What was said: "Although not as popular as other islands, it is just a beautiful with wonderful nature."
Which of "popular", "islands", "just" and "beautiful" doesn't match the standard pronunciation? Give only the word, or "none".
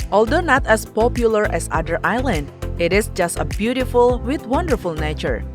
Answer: islands